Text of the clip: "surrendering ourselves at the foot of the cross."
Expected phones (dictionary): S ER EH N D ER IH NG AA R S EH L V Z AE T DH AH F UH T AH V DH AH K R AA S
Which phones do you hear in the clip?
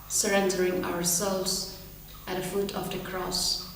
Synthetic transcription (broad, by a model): S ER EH N D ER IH NG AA R S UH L Z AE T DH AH F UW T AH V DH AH K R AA S